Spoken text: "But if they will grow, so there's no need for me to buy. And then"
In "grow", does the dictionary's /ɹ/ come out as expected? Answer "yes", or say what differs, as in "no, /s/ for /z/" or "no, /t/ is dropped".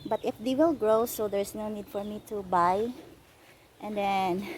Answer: yes